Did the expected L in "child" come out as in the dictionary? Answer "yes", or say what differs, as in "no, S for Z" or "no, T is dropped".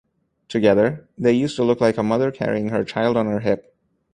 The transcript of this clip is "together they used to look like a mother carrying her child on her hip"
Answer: yes